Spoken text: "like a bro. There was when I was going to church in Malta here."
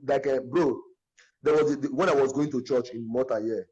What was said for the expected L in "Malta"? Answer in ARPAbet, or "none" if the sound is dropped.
none